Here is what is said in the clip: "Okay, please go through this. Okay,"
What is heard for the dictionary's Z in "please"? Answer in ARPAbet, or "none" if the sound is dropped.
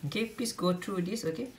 S